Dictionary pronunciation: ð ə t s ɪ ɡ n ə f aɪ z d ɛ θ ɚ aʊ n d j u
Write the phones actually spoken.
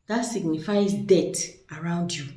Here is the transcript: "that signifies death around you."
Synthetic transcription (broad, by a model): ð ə t s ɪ ɡ n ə f aɪ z d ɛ t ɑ aʊ n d j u